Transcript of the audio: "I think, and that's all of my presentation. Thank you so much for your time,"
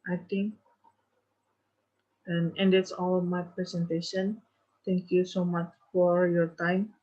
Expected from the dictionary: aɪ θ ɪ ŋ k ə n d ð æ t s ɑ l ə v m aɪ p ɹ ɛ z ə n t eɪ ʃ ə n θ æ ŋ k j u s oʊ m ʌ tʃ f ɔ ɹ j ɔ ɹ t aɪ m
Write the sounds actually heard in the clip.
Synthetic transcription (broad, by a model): aɪ t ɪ ŋ k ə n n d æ t s ɑ l m aɪ p ɹ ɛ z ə n t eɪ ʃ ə n t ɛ ŋ k j u s oʊ m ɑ tʃ f ɔ ɹ j ɔ ɹ t aɪ m